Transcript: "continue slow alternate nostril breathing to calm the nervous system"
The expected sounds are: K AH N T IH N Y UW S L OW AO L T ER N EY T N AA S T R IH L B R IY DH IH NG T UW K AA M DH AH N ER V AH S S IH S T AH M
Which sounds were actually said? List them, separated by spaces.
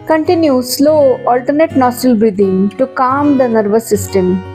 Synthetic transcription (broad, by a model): K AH N T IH N Y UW S L OW AO L T ER N EY T N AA S T IH L B R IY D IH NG T UW K AA M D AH N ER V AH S S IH S T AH M